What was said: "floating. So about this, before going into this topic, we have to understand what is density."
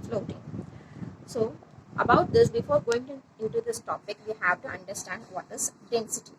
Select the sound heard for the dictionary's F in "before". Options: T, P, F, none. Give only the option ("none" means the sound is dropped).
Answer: F